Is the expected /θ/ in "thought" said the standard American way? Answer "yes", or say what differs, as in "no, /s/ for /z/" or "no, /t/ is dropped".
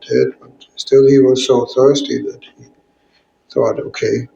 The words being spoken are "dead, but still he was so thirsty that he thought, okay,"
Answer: yes